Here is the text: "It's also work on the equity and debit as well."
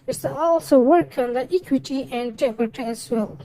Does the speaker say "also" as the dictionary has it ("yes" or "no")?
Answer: yes